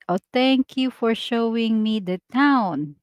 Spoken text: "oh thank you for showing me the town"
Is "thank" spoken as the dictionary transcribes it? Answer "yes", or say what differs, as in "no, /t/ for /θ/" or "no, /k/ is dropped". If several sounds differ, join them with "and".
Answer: no, /t/ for /θ/